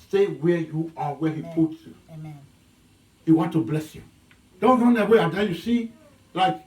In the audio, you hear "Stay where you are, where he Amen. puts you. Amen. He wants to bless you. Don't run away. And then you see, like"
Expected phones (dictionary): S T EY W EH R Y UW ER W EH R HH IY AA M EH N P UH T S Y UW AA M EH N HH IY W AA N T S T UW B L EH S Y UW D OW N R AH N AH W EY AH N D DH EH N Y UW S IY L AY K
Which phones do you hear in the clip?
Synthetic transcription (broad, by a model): S T EY W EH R Y UW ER W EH HH IY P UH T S Y UW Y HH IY W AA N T T UW B L EH S Y UW D OW N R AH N AH W EY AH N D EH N Y UW S IY L AY K